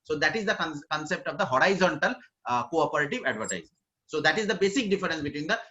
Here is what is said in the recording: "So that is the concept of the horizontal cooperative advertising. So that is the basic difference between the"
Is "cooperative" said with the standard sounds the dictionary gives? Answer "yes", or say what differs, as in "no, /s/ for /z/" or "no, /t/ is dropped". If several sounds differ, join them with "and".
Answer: yes